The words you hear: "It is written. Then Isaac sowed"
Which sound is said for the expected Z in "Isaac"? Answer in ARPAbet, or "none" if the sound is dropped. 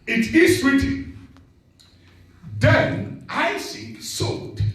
S